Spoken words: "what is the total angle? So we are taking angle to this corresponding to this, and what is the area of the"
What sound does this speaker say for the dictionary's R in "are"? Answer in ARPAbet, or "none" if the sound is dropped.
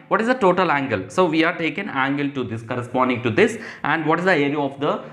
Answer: R